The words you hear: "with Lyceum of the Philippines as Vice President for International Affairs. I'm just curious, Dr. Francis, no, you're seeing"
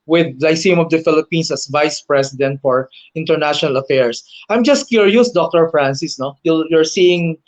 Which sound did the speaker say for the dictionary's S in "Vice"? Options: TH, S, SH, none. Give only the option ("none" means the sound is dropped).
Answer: S